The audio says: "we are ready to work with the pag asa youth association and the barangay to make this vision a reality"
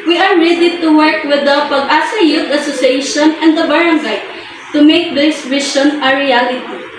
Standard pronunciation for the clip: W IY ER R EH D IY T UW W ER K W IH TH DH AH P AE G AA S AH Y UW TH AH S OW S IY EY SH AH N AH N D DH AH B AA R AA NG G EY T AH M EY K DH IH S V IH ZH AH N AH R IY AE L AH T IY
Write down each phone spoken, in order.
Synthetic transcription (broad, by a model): W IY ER R EH D IY T UW W ER K W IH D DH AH P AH G AA S AH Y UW T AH S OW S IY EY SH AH N AH N D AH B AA R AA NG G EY T AH M EY K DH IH S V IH SH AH N AH R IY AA L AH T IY